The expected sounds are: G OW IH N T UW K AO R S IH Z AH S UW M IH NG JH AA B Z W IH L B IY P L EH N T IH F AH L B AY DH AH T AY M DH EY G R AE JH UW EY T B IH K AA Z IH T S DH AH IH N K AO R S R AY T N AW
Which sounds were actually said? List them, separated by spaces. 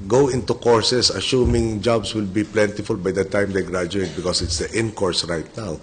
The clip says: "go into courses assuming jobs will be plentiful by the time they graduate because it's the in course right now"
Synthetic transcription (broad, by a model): G OW IH N T UW K AO R S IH S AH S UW M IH NG JH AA B S W IH L B IY P L EH N T IH F AH L B AY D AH T AY M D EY G R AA JH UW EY T B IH K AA S IH T S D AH IH N K AO R S R AY T N AW